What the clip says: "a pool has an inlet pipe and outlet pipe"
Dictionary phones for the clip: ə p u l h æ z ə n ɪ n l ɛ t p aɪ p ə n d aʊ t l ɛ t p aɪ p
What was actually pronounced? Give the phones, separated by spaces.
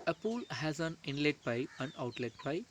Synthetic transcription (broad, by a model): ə p u l h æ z ə n ɪ n l ɛ t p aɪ ə n aʊ t l ɛ t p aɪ